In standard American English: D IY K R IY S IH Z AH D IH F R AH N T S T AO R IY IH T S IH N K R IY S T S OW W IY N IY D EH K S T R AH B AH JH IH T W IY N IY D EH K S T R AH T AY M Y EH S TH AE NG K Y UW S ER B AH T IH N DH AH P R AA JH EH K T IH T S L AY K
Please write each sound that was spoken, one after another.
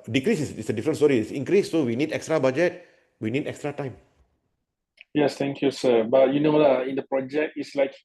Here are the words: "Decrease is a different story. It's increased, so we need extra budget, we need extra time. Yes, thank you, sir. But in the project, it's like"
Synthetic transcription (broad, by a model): D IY K R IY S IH S AH D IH F R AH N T S T AO R IY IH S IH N K R IY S S OW W IY N IY D EH K S T R AH B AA JH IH T W IY N IY D EH K S T R AH T AY M Y EH S T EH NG K Y UW S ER B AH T IH N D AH P R AA JH EH K T IH T S L AY K